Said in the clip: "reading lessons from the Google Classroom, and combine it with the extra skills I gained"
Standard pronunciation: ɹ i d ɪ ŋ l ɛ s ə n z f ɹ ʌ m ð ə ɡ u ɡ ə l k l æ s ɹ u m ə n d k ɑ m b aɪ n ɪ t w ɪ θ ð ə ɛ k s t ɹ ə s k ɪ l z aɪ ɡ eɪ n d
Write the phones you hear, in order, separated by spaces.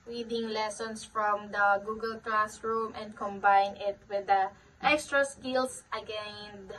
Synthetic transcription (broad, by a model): ɹ i d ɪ ŋ l ɛ s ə n s f ɹ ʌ m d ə ɡ u ɡ ə l k l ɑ s ɹ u m ə n d k ɑ m b aɪ n ɪ t w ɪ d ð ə ɛ k s t ɹ ə s k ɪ l s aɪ ɡ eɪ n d